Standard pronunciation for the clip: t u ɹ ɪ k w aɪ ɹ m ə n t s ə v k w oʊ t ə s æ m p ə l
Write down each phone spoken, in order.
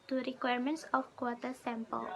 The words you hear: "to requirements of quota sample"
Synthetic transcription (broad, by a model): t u ɹ ɪ k w aɪ ɹ m ə n t s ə f k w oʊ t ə s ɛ m p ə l